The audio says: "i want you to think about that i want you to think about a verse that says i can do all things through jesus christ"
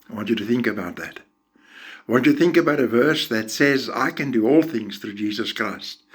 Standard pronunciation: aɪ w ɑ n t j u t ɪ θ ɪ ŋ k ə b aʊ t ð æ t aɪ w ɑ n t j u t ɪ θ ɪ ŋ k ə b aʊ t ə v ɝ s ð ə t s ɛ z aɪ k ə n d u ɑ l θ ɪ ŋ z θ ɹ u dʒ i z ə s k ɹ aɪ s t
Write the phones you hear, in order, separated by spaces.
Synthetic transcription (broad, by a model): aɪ w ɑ n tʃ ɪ t ɪ θ ɪ ŋ k ə b aʊ t ð æ t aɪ w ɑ n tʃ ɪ t ɪ θ ɪ ŋ k ə b aʊ t ə v ɝ s ð ə t s ɛ z aɪ k ə n d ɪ ɑ l θ ɪ ŋ z θ ɹ u dʒ i z ə s k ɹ aɪ s t